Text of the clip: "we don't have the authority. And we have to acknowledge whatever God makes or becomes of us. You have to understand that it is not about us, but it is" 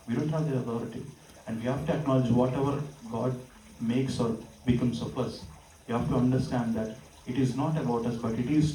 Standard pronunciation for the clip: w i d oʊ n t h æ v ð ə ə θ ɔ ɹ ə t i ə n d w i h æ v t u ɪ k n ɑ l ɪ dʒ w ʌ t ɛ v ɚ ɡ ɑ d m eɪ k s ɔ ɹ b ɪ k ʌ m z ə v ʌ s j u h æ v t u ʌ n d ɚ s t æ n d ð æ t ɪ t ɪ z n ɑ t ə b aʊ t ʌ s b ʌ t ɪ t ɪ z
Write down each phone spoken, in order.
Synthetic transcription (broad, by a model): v i d oʊ n t h æ v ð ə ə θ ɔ ɹ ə t i ə n d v i h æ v t u ɪ k n ɑ l ɪ dʒ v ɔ t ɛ v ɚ ɡ ɑ d m eɪ k s ɔ ɹ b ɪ k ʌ m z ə p ʌ s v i h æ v t u ʌ n d ɚ s t æ n d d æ t ɪ t ɪ z n ɑ t ə b aʊ t ʌ s b ʌ t ɪ t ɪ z